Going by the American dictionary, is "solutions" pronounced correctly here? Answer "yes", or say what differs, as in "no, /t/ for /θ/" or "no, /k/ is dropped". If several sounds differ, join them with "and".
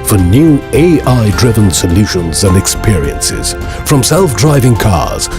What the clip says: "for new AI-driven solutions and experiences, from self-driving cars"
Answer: yes